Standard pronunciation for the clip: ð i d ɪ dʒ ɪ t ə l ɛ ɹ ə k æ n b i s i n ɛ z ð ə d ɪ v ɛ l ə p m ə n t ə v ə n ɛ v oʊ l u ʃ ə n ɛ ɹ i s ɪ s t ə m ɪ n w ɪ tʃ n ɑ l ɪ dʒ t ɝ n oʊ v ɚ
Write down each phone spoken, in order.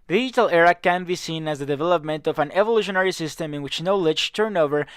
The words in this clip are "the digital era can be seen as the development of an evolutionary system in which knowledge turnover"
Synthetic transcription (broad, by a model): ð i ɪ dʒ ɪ t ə l ɛ ɹ ə k æ n b i s i n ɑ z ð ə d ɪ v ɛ l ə p m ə n t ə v ə n ɛ v oʊ l u ʃ ə n ɛ ɹ i s ɪ s t ə m ɪ n w ɪ tʃ n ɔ l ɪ tʃ t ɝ n oʊ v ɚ